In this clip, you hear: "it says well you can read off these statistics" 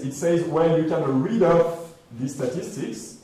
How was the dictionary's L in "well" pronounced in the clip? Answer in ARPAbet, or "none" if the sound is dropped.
N